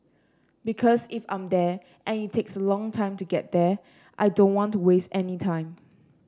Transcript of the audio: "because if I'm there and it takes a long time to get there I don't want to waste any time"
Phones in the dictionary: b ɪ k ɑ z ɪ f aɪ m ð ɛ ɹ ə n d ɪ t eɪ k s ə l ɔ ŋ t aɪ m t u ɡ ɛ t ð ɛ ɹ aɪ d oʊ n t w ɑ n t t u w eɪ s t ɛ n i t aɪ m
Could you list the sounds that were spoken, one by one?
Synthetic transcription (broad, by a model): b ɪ k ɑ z ɪ f aɪ m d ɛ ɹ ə n ɪ t eɪ k s ə l ɔ ŋ t aɪ m t u ɡ ɛ t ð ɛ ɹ aɪ d oʊ n t w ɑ n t t u w eɪ s t ɛ n i t aɪ m